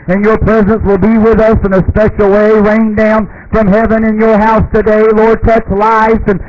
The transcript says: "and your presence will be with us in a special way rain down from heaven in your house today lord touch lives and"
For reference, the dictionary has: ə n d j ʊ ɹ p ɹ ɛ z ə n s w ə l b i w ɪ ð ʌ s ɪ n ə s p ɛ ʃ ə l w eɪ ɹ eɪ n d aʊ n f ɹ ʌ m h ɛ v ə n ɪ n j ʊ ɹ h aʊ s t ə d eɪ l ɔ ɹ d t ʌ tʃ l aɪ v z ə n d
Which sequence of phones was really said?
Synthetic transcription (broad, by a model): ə n j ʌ ɹ p ɹ ɛ z ə n s w ə l b i w ɪ ð ʌ s ɪ n ə s p ɛ ʃ l w eɪ ɹ eɪ n d aʊ n f ɹ ʌ m h ɛ v ə n ɪ n j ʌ ɹ h aʊ s t ə d eɪ l ɔ ɹ d t ʌ tʃ l aɪ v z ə n